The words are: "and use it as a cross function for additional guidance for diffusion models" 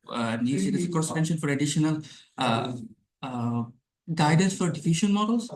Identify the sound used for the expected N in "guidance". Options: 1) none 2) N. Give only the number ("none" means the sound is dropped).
2